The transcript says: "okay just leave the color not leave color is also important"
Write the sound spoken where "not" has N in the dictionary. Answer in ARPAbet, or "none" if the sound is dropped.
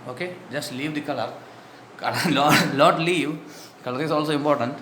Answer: L